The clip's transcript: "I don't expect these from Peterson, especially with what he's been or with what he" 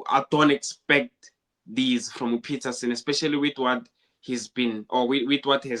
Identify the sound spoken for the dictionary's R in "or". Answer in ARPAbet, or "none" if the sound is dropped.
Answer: W